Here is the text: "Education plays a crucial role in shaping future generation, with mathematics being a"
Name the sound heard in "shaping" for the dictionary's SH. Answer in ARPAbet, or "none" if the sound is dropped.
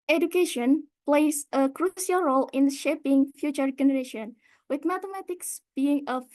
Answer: SH